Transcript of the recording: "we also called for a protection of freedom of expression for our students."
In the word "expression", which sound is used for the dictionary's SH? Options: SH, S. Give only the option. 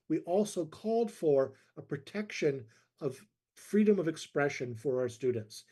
SH